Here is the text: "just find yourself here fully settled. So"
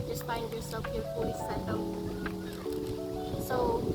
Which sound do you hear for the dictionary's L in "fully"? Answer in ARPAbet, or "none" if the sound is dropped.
none